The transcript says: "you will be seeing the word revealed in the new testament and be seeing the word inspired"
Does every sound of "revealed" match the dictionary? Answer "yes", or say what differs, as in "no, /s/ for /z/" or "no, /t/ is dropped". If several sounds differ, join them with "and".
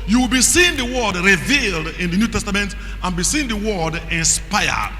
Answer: yes